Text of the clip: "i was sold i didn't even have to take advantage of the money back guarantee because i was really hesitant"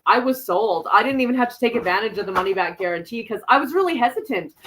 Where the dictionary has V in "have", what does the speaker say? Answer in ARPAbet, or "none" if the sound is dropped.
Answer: F